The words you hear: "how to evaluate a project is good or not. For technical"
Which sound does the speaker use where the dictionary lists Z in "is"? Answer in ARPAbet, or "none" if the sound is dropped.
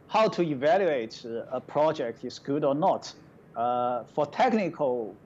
S